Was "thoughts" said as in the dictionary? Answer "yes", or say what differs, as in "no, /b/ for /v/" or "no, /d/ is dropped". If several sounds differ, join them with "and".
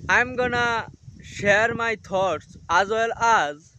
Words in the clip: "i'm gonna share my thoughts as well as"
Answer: no, /t/ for /θ/